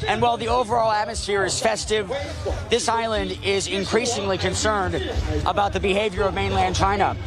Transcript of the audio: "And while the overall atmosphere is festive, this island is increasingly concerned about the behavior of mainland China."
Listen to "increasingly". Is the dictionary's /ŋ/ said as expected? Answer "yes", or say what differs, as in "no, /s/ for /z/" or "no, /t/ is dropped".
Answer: yes